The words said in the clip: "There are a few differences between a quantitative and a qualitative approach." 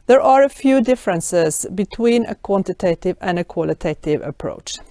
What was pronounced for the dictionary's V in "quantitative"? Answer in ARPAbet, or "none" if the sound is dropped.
V